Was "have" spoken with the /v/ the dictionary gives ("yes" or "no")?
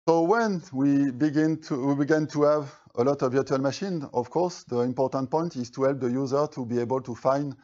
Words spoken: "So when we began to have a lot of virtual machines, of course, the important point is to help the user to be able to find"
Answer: no